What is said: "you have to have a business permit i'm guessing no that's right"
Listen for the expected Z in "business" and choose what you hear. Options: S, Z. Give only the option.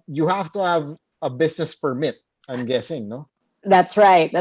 S